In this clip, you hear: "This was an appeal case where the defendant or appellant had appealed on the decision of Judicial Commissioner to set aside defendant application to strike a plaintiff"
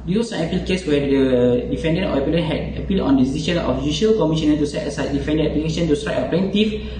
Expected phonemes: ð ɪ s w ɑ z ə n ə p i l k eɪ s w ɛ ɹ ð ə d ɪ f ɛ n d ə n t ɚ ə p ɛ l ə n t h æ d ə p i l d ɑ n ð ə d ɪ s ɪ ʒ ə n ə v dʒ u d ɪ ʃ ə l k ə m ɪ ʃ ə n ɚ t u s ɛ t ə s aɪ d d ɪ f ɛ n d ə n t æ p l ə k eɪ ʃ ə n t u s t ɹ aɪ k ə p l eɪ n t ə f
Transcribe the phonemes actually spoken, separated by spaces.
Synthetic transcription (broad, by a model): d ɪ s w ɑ s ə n ə p i l k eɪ s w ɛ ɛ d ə d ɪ f ɛ n d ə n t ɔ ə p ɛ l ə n h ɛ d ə p i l ɑ n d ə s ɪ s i ʃ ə n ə f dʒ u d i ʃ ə l k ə m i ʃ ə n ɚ t u s ɛ t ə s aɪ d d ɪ f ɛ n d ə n ɛ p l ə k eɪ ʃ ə n t u s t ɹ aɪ ə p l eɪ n t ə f